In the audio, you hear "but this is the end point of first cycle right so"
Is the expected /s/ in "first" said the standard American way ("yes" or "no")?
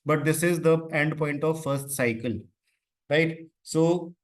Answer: yes